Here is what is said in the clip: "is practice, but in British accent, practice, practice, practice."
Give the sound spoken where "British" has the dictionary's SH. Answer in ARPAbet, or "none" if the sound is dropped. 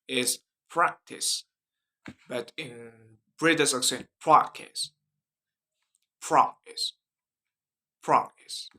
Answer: S